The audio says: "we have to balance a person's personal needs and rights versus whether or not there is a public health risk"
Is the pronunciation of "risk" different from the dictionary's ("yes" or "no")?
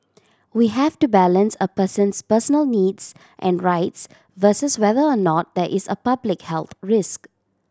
no